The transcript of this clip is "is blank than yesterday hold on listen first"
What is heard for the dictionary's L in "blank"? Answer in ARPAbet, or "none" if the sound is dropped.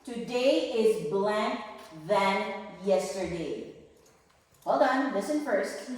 L